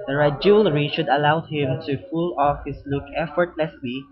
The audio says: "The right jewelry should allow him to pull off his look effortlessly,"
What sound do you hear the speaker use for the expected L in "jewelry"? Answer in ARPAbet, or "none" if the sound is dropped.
L